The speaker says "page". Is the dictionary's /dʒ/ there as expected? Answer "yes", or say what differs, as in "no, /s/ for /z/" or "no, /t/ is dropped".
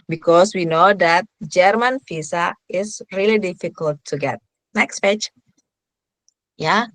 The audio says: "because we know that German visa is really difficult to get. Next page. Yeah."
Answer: no, /tʃ/ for /dʒ/